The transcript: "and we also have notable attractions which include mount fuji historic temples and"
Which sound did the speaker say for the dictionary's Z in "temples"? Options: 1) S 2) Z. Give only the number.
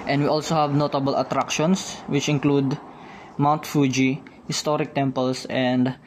1